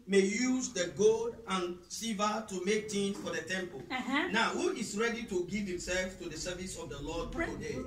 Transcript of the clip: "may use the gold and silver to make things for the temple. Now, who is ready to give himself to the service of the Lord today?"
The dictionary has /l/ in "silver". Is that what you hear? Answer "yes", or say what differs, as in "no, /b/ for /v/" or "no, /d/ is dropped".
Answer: no, /l/ is dropped